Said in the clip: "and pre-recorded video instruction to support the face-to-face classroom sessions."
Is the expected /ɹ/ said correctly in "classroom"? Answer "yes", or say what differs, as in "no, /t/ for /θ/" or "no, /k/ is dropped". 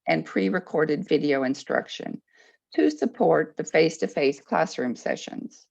yes